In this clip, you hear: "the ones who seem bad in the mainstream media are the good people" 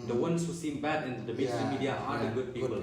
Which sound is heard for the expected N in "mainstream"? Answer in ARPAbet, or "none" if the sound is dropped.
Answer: none